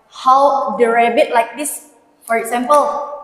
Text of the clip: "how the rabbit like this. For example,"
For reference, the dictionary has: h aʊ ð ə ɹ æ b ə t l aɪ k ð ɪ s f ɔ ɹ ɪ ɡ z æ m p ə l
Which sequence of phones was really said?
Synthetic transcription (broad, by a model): h aʊ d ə ɹ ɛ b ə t l aɪ k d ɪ s f ɔ ɹ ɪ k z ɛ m p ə l